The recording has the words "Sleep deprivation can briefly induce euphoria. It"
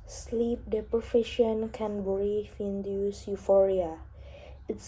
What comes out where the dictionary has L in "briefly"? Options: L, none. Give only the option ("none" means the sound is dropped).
none